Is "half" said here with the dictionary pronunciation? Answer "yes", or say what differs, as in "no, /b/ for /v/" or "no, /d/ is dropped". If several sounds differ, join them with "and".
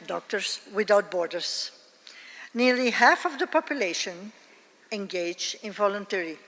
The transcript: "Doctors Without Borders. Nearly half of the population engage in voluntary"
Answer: yes